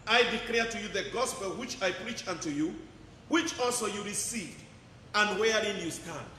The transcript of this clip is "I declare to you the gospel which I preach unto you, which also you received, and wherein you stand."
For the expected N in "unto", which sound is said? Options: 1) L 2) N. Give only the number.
2